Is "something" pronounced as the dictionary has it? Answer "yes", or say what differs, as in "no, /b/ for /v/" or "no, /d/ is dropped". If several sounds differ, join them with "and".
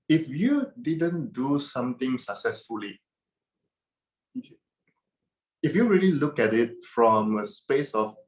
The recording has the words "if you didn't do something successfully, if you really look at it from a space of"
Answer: no, /t/ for /θ/